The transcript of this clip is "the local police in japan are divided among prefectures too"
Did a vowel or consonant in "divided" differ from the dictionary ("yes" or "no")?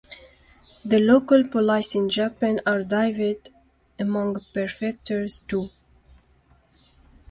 yes